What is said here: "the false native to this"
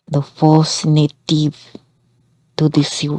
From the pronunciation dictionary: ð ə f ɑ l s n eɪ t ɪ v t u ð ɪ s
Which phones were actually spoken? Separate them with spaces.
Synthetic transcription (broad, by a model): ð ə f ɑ s n eɪ t ɪ v t u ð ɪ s